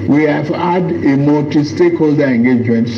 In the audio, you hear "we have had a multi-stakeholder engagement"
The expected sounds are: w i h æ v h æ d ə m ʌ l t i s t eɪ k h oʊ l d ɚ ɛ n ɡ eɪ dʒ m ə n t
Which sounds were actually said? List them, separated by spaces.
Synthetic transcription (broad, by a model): w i h æ v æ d ə m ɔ t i s t eɪ k h oʊ l d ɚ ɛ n ɡ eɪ dʒ m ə n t